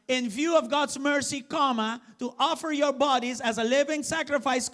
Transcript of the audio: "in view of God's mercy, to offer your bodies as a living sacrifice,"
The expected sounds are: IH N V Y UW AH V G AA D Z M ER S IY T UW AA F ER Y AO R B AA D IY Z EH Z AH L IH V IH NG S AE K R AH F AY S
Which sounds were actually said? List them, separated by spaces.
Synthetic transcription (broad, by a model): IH N V Y UW AH V G AA D Z M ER S IY T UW AA F ER Y AO R B AA D IY Z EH Z AH L IH V IH NG S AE K R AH F AY S